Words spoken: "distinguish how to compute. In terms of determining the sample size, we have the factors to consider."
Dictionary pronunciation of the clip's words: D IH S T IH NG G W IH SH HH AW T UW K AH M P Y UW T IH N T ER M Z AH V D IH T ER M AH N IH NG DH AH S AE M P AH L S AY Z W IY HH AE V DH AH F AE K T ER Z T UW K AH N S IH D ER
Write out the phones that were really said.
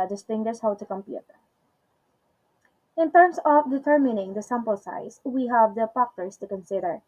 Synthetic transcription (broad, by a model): D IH S T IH NG G W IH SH HH AW T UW K AH M P Y UW T IH N T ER M S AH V D IH T ER M AH N IH NG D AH S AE M P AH L S AY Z W IY HH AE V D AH P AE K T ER S T UW K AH N S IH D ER